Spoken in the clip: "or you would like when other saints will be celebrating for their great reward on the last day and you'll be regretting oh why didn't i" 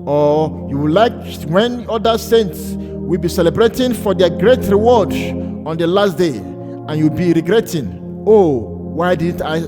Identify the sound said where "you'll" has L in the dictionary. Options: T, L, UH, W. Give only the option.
W